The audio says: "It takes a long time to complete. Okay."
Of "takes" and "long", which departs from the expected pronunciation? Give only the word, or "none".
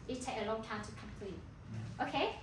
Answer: takes